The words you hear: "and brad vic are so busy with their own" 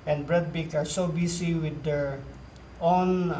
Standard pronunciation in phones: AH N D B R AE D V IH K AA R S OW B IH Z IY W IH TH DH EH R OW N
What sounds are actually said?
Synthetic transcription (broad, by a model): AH N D B R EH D B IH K AA R S OW B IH S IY W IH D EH R OW N